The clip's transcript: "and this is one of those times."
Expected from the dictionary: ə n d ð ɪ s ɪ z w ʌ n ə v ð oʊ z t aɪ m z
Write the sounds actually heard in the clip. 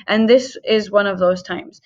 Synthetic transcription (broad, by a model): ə n ð ɪ s ɪ z w ʌ n ə v ð oʊ z t aɪ m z